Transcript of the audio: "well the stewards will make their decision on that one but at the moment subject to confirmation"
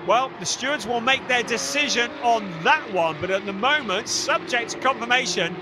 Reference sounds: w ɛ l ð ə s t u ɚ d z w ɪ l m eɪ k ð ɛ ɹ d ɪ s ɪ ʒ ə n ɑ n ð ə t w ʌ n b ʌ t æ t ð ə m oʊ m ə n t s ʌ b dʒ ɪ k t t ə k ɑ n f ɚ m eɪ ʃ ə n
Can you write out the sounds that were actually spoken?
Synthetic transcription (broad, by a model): w ɛ l ð ə s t u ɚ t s w ɪ l m eɪ k ð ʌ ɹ d ɪ s ɪ ʒ ə n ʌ n ð ə t w ʌ n b ʌ t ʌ t ð ə m oʊ m ə n t s ʌ b dʒ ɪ k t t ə k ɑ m f ɚ m eɪ ʃ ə n